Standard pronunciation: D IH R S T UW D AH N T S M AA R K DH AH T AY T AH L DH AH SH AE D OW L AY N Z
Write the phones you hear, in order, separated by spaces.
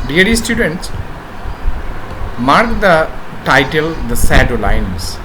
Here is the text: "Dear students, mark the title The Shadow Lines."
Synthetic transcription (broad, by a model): D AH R S T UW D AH N T S M AA R K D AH T AY T AH L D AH S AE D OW L AY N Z